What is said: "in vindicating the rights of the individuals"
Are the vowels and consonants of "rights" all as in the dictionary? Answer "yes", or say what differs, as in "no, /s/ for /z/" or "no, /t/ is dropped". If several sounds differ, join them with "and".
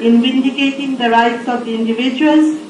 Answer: yes